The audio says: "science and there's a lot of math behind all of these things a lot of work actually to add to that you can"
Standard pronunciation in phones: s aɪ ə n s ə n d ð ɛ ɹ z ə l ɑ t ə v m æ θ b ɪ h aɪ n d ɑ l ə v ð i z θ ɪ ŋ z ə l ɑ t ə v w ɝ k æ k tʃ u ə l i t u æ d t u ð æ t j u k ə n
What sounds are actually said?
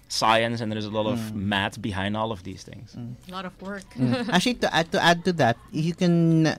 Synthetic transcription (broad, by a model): s aɪ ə n s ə n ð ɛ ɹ z ə l ɑ t ə v m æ t b ɪ h aɪ n d ɑ l ə v ð i z θ ɪ ŋ z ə l ɑ t ə v w ɝ k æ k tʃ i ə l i t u æ d t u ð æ t j u k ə n